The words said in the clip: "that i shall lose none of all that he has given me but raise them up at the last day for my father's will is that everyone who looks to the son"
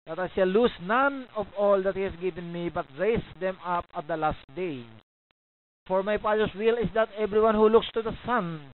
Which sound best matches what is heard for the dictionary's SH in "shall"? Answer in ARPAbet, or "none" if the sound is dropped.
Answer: S